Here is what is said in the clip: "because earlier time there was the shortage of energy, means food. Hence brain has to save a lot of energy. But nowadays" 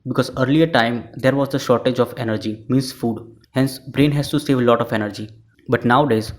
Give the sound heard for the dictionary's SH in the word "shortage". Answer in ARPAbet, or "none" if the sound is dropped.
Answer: SH